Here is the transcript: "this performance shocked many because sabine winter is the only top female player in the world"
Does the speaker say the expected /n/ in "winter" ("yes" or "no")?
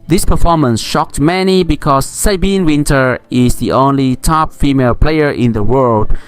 yes